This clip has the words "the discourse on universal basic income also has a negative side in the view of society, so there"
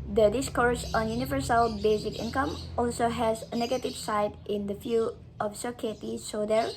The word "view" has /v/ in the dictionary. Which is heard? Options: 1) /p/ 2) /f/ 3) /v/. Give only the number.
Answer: 2